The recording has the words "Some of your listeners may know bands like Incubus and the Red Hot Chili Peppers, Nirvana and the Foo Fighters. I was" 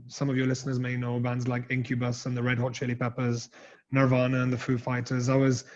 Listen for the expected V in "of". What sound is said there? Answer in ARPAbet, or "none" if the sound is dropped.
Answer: V